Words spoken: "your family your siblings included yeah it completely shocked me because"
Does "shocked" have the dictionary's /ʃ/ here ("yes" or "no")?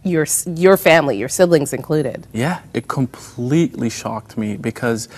yes